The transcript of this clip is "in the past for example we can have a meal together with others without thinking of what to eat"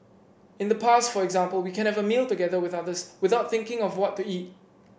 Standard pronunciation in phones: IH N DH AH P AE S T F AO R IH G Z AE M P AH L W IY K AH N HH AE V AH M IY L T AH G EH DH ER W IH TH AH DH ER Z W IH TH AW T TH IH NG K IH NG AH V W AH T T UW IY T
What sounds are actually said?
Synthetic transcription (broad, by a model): IH N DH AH P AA S T F AO R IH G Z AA M P AH L W IY K AH N HH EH V AH M IY L T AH G EH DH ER W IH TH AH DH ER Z W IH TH AW T TH IH NG K IH NG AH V W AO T T UW IY T